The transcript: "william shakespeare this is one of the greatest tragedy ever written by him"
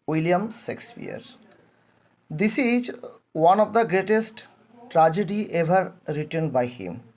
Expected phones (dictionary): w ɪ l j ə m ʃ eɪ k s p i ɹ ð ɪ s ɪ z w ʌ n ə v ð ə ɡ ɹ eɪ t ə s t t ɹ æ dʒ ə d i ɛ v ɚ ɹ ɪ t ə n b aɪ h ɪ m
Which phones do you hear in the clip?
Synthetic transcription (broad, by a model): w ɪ l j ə m s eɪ k s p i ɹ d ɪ s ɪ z w ʌ n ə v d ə ɡ ɹ eɪ t ə s t t ɹ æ dʒ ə d i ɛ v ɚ ɹ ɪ t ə n b aɪ h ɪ m